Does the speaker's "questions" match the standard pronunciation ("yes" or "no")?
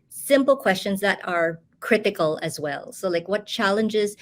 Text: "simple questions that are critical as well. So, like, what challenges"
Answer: yes